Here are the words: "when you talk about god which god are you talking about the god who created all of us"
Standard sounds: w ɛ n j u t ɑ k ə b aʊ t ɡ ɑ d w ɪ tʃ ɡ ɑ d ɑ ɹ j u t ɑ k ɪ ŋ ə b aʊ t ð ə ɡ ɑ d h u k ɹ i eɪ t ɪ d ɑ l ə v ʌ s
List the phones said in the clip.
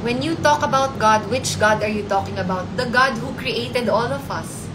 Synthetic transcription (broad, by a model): w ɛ n j u t ɑ k ə b aʊ t ɡ ɑ d w ɪ tʃ ɡ ɑ d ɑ ɹ j u t ɑ k ɪ ŋ ə b aʊ t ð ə ɡ ɑ d h u k ɹ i eɪ t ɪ d ɑ l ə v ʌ s